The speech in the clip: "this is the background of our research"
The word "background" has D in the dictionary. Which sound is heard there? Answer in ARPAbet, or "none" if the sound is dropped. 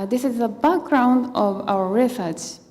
D